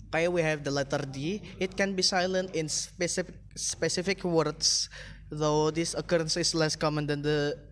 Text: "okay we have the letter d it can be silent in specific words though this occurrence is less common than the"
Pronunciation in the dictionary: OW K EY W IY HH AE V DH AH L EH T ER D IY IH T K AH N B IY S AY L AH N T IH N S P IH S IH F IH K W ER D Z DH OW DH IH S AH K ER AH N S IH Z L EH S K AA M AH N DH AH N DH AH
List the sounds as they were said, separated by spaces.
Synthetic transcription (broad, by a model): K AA W IY HH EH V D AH L EH T ER D IY IH T K AH N B IY S AY L AH N T IH N S P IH S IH F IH K W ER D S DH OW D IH S AH K ER AH N S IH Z L EH S K AA M AH N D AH N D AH